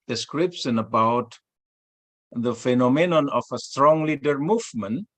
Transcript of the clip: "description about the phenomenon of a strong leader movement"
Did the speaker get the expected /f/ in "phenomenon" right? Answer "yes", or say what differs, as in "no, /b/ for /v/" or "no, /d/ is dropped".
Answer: yes